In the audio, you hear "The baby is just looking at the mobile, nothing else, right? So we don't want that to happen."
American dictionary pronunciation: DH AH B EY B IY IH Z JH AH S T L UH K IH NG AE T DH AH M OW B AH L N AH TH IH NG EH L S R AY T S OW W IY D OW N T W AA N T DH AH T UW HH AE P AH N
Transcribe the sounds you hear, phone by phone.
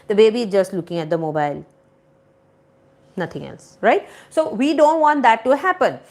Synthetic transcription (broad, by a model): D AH B EY B IY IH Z JH AH S T L UH K IH NG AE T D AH M OW B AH L N AH T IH NG EH L S R AY T S OW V IY D OW N T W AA N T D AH T UW HH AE P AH N